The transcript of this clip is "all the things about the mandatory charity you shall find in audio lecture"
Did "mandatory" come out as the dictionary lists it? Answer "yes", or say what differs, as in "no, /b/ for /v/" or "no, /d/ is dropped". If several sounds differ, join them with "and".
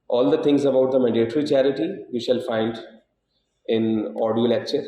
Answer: no, /n/ is dropped